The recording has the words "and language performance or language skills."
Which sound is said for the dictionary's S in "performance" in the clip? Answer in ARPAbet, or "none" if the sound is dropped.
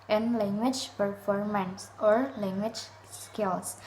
S